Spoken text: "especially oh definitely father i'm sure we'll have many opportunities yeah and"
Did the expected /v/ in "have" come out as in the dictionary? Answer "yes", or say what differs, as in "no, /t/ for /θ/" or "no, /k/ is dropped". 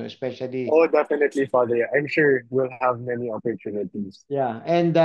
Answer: yes